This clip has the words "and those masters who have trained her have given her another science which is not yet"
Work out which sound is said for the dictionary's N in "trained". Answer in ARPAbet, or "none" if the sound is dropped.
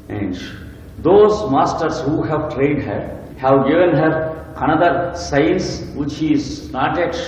none